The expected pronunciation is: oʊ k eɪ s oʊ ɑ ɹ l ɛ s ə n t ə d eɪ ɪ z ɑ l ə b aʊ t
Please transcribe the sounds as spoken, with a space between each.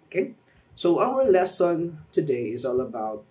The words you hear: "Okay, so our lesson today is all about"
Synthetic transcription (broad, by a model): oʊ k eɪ s oʊ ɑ w l ɛ s ə n t ə d eɪ ɪ z ɑ l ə b aʊ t